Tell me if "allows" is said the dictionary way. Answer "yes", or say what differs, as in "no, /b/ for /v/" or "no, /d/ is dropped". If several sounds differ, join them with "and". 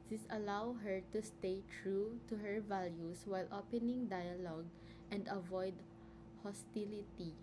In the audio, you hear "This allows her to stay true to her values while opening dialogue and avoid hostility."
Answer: no, /z/ is dropped